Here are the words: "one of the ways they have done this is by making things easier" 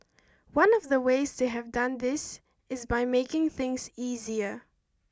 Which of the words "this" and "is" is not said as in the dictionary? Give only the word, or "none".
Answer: none